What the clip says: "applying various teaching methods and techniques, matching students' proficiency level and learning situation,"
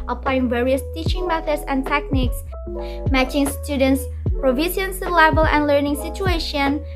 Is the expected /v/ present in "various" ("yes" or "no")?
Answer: yes